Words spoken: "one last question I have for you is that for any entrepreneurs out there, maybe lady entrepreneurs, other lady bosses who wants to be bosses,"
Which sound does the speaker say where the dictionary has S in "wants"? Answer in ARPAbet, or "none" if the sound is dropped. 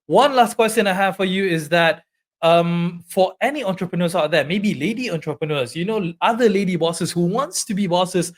S